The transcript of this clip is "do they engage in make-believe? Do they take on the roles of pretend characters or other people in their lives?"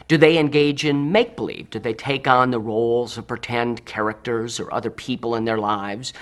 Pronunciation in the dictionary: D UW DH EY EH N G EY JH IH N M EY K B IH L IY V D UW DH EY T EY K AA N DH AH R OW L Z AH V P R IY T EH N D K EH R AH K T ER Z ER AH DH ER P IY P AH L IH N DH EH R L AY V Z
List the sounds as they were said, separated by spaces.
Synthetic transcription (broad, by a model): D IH DH EY EH N G EY JH IH N M EY K B IH L IY V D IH DH EY T EY K N DH AH R OW L Z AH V P R IY T EH N D K EH R AH K T ER Z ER AH DH ER P IY P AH L IH N DH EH R L AY V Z